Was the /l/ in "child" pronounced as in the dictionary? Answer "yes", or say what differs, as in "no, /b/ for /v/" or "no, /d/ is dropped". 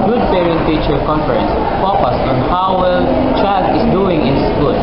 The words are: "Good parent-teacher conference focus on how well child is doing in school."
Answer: no, /l/ is dropped